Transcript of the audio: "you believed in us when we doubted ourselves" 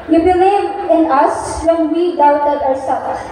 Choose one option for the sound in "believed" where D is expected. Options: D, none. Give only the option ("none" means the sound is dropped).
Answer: none